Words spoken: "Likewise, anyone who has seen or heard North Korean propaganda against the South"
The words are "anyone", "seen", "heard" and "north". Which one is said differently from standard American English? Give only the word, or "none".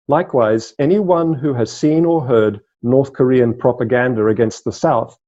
none